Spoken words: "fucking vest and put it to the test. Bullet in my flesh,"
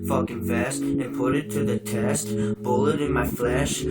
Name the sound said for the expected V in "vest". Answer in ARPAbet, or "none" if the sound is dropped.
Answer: F